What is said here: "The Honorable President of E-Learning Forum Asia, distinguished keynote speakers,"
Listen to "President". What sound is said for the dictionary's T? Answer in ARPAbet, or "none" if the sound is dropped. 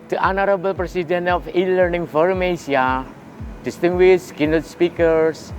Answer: none